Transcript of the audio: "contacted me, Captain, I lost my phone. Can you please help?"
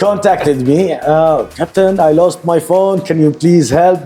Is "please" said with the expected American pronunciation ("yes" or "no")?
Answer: yes